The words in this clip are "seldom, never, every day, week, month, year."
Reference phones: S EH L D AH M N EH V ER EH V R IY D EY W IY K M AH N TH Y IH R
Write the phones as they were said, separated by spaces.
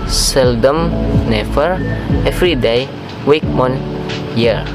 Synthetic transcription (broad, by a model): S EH L D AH M N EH F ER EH F R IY D EY W IY K M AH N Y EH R